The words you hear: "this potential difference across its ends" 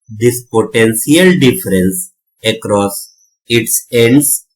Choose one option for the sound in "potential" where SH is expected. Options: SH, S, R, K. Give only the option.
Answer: S